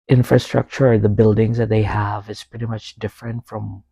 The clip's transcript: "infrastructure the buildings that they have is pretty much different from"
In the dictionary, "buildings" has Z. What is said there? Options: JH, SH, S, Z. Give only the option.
Z